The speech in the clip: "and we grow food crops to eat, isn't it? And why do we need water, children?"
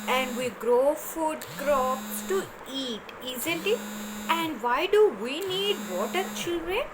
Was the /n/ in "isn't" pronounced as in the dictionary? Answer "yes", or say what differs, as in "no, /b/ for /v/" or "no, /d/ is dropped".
no, /l/ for /n/